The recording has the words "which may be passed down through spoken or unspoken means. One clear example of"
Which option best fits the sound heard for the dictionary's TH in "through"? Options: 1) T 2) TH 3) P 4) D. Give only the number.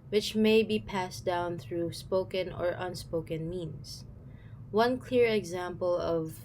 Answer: 2